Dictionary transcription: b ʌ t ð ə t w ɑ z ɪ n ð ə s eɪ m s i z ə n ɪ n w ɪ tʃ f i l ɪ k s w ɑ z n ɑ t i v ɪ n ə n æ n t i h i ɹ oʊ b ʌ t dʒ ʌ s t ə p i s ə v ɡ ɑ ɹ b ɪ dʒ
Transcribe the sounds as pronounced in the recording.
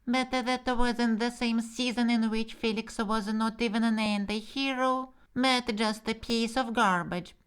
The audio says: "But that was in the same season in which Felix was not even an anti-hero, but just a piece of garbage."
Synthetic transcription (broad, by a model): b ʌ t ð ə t w ɑ z ɪ n ð ə s eɪ m s i z ə n ɪ n w ɪ tʃ f i l ɪ k s w ɑ z n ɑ t i v ɪ n ə n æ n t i h i ɹ oʊ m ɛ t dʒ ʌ s t ə p i s ə v ɡ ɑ ɹ b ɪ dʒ